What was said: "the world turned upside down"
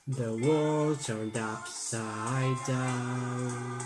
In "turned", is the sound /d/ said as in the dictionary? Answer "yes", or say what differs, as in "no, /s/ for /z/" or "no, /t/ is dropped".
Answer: yes